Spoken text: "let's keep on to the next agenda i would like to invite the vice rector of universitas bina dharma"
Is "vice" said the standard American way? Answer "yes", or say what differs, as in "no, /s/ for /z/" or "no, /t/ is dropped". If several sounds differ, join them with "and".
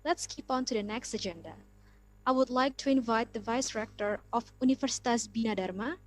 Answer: yes